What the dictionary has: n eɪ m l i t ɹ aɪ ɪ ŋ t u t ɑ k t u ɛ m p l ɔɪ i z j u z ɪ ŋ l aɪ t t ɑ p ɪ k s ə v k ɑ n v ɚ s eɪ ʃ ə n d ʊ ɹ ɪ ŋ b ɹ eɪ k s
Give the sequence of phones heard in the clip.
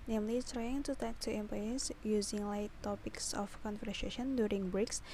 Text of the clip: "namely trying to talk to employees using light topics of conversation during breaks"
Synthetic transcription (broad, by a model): n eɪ m l i t ɹ aɪ ɪ ŋ t u t ɑ k t u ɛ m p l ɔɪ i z j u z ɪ ŋ l aɪ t t ɑ p ɪ k s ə f k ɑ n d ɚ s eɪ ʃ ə n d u ɹ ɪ ŋ b ɹ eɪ k s